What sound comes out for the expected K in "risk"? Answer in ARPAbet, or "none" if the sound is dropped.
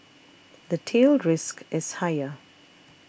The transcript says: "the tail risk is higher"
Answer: K